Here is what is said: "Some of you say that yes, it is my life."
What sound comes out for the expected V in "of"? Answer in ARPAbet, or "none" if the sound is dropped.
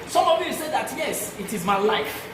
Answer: V